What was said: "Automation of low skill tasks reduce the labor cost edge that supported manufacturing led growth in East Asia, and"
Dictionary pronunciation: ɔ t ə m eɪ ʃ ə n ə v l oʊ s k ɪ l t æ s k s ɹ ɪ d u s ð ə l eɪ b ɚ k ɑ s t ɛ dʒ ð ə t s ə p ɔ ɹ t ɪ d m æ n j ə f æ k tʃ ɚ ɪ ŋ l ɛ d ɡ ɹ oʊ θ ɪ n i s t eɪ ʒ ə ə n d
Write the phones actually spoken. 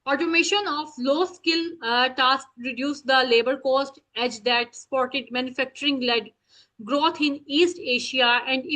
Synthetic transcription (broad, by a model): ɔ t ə m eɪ ʃ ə n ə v l oʊ s k ɪ l t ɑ s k ɹ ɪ d u s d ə l eɪ b ɚ k ɑ s t ɛ dʒ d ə t s p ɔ ɹ t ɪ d m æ n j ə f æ k tʃ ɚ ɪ ŋ l ɛ d ɡ ɹ oʊ t ɪ n i s t eɪ ʃ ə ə n d